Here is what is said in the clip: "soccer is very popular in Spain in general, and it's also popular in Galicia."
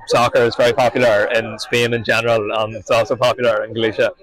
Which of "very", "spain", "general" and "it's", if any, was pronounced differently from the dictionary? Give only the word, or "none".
none